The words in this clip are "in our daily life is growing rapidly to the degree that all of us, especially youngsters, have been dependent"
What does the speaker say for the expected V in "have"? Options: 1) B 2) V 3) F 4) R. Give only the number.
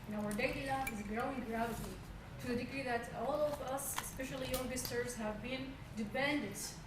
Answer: 2